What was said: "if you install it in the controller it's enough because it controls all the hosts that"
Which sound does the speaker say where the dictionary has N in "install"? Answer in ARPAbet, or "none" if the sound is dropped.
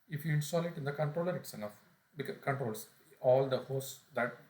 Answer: N